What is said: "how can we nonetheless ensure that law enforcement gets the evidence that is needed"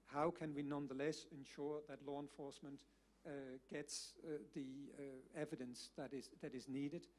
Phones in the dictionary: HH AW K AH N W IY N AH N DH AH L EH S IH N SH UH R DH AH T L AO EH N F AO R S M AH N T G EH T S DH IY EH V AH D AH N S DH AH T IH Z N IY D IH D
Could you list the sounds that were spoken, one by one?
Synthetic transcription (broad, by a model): HH AW K AH N W IY N AH N DH AH L EH S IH N SH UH R DH AH T L AO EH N F AO R S M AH N T G EH T S DH IY EH V AH D AH N S DH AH T IH Z N IY D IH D